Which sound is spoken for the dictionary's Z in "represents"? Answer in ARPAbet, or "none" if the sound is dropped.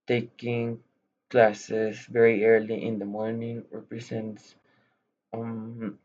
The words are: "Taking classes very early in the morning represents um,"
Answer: S